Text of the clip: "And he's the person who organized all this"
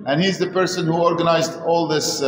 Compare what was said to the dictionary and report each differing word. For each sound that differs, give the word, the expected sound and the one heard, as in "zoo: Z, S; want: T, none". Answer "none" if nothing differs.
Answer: none